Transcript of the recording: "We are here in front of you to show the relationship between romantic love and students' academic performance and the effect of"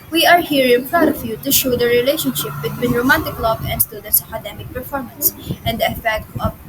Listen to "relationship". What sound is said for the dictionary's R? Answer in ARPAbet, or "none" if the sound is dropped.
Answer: R